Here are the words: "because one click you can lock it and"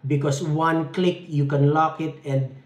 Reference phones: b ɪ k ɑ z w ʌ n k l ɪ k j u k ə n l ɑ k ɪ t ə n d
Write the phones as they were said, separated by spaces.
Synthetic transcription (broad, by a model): b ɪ k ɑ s w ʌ n k l ɪ k j u k ə n l ɑ k ɪ t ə n d